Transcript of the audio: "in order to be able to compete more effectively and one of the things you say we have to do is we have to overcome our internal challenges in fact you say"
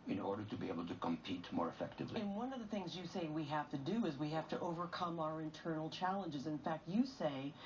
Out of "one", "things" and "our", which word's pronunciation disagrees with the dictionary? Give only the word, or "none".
none